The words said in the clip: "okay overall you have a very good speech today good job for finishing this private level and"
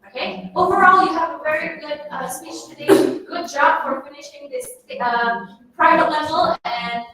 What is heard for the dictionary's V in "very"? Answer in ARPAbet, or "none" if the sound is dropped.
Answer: V